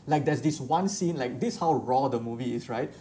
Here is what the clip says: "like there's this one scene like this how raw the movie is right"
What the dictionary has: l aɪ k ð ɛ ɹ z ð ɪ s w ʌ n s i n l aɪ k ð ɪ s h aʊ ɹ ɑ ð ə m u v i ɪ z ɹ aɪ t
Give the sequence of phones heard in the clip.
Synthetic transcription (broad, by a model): l aɪ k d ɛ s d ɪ s w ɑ n s i n l aɪ k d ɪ s h aʊ ɹ ɑ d ə m u v i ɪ s ɹ aɪ t